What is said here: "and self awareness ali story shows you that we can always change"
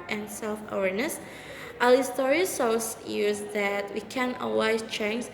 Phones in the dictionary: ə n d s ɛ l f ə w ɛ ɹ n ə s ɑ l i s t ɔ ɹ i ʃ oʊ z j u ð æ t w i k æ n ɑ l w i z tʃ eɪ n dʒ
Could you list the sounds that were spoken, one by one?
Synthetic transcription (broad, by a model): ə n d s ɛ l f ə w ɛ ɹ n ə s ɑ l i s t ɔ ɹ i s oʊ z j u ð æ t w i k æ n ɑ w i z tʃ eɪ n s